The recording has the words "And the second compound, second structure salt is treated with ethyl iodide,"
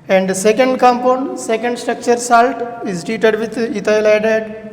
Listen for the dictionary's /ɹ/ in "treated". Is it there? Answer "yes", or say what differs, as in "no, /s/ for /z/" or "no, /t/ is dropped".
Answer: no, /ɹ/ is dropped